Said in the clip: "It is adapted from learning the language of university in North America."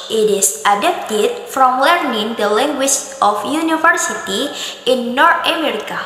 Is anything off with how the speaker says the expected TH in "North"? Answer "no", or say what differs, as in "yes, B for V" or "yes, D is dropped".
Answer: yes, T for TH